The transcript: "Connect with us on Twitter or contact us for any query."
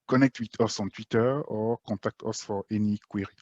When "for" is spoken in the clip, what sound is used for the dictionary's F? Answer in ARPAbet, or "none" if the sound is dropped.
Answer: F